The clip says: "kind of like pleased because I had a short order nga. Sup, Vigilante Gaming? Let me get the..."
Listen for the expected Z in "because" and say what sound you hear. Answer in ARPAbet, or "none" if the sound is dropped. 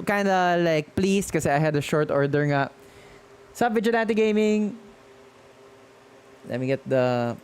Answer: none